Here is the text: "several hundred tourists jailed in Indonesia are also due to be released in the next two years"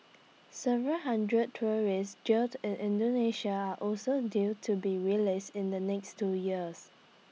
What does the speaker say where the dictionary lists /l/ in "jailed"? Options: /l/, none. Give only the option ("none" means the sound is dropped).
none